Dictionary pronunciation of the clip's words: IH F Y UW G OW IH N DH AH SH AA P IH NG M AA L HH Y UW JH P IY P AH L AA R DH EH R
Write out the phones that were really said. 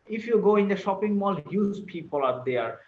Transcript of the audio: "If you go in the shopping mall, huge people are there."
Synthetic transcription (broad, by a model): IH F Y UW G OW IH N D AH SH AA P IH NG M AA L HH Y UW Z P IY P AH L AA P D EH R